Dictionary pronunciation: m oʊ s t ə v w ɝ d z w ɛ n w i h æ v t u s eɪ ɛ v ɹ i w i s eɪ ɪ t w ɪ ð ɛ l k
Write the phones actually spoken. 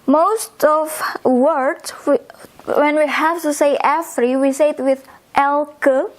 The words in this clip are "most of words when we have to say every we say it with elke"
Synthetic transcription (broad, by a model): m oʊ s t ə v w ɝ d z w ɛ n w i h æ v t u s eɪ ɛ f ɹ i w i s eɪ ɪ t w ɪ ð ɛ l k